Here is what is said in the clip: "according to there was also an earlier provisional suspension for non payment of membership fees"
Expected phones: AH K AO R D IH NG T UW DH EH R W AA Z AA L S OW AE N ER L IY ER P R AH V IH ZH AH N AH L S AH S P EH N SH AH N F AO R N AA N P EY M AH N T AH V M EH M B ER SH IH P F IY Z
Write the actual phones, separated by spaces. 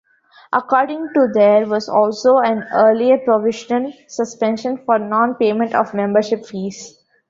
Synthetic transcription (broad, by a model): AH K AO R D IH NG T UW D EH R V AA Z AA L S OW AE N ER L IY ER P R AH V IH SH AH N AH L S AH S P EH N SH AH N F AO R N AA N P EY M AH N T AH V M EH M B ER SH IH P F IY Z